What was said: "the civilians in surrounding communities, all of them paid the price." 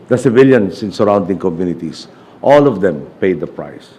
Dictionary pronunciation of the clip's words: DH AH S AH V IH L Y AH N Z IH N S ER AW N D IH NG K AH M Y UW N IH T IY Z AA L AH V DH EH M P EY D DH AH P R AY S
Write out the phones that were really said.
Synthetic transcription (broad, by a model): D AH S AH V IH L Y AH N S IH N S ER AW N D IH NG K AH M Y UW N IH T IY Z AA L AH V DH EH M P EY D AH P R AY S